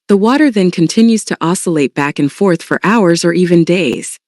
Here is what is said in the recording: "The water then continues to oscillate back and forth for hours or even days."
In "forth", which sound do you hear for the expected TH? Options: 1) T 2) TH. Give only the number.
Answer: 2